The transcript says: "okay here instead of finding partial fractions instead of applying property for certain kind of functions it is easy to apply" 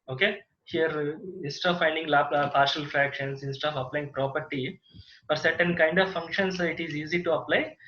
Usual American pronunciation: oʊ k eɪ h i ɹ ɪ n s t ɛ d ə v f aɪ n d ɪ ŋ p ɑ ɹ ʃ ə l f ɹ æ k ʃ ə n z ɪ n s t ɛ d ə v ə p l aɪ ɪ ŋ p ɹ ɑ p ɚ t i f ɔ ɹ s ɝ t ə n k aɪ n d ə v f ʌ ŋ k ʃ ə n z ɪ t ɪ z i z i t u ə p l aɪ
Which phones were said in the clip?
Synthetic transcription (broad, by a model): oʊ k eɪ h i ɹ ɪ n s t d ə v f aɪ n d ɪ ŋ p ɑ ɹ ʃ ə l f ɹ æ k ʃ ə n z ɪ n s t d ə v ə p l aɪ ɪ ŋ p ɹ ɑ p ɚ t i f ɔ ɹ s ɝ t ə n k aɪ n d ə v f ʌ ŋ k ʃ ə n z ɪ t ɪ z i z i t u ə p l aɪ